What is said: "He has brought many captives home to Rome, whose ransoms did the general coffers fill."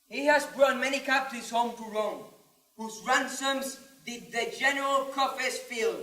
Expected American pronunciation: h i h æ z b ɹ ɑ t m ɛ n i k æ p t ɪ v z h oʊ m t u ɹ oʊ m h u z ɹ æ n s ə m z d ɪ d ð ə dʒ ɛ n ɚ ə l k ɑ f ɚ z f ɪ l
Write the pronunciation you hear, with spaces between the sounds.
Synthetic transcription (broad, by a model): h i h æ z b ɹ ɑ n m ɛ n i k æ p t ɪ z h oʊ m t u ɹ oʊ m h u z ɹ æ n s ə m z d ɪ d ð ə dʒ ɛ n ɚ ə l k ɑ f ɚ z f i l